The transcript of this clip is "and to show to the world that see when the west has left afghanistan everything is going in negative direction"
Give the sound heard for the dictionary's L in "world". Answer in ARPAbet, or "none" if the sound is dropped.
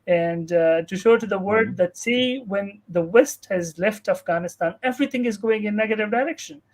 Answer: none